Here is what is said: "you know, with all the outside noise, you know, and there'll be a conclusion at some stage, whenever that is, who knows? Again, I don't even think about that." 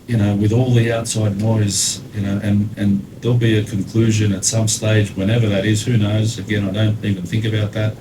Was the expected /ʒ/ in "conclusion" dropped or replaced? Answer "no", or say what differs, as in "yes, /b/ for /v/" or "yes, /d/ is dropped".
no